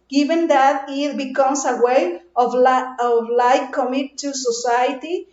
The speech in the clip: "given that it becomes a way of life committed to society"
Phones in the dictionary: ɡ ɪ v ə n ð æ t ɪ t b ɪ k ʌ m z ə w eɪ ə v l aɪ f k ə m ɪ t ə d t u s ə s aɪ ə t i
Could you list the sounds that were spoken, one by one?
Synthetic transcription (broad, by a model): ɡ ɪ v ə n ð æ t ɪ t b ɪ k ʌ m s ə w eɪ ə v l aɪ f k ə m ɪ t t u s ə s aɪ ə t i